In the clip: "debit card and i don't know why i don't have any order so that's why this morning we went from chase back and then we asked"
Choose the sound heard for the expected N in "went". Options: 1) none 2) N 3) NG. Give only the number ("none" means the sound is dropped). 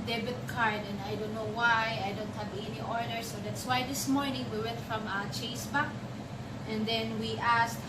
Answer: 1